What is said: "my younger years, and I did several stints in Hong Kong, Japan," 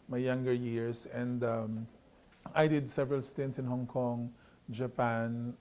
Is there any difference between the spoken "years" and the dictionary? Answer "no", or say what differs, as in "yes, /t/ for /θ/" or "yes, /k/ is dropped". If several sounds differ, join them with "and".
yes, /s/ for /z/